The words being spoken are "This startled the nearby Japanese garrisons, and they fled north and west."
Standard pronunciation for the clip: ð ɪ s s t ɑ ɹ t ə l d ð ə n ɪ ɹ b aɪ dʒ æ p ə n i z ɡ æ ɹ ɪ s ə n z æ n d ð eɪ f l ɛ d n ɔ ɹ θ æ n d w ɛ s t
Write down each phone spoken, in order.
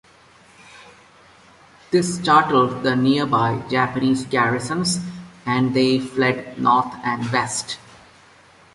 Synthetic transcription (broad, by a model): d ɪ s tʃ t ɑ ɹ t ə l d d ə n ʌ ɹ b aɪ dʒ æ p ə n i z ɡ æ ɹ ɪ s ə n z æ n d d eɪ f l ɛ d n ɔ ɹ t æ n d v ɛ s t